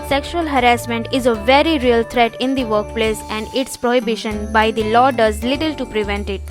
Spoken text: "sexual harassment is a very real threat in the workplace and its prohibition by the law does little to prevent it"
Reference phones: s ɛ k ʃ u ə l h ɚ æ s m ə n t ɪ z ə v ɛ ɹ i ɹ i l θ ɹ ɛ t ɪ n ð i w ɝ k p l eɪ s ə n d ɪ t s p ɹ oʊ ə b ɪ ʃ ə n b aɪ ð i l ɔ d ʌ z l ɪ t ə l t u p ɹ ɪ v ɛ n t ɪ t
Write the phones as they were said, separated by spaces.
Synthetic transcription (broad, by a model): s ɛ k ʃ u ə l h ɚ æ s m ə n t ɪ z ə v ɛ ɹ i ɹ i l t ɹ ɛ t ɪ n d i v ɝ k p l eɪ s ə n d ɪ t s p ɹ oʊ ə b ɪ ʃ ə n b aɪ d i l ɔ d ʌ z l ɪ t ə l t u p ɹ ɪ v ɛ n t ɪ t